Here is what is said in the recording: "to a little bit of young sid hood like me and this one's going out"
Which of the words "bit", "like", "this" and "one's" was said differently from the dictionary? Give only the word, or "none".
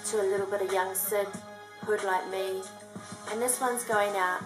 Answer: none